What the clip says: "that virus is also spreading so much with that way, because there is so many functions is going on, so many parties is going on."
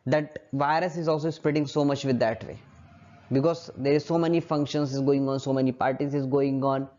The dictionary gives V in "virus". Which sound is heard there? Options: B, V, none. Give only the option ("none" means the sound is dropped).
V